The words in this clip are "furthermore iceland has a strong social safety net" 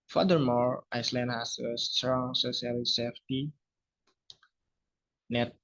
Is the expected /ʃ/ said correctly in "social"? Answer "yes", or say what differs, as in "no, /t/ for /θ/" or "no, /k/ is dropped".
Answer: no, /s/ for /ʃ/